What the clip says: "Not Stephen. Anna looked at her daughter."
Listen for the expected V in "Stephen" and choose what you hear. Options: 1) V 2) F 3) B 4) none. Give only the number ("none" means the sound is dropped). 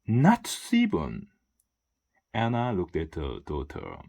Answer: 3